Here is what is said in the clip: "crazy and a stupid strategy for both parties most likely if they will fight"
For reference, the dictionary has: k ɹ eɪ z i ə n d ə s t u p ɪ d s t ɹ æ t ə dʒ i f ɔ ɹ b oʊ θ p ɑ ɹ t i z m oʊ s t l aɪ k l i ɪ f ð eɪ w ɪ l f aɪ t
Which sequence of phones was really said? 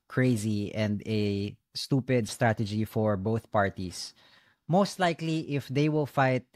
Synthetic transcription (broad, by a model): k ɹ eɪ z i ə n d ə s t u p ɪ d s t ɹ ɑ t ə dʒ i f ɔ ɹ b oʊ θ p ɑ ɹ t i s m oʊ s t l aɪ k l i ɪ f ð eɪ w ɪ l f aɪ t